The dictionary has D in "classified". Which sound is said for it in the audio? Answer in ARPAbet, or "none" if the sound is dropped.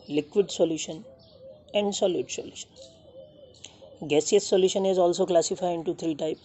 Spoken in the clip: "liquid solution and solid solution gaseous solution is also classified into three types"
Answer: none